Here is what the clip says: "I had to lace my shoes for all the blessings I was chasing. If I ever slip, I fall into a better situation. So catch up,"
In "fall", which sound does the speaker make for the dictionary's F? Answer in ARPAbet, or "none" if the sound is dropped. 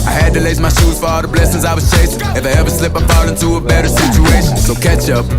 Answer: P